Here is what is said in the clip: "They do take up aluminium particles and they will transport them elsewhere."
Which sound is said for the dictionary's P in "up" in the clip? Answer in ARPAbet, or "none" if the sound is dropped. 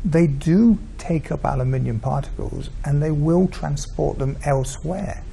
P